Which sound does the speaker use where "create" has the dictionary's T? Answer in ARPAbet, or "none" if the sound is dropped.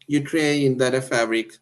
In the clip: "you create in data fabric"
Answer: none